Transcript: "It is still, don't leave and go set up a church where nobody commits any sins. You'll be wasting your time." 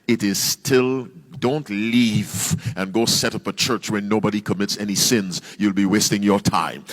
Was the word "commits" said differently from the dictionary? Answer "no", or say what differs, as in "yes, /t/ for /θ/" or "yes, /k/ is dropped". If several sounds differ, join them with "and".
no